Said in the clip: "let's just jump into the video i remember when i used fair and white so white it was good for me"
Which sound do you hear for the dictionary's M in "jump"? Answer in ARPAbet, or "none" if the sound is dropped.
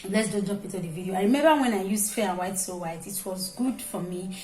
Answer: none